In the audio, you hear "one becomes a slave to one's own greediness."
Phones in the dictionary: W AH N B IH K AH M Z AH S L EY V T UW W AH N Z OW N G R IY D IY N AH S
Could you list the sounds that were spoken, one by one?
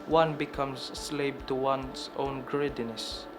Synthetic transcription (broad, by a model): W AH N B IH K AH M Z S L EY B T UW W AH N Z OW N G R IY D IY N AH S